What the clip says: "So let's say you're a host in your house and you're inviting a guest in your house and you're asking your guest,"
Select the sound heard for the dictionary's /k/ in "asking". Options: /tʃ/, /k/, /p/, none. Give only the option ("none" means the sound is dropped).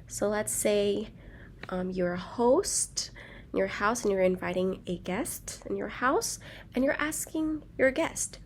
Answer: /k/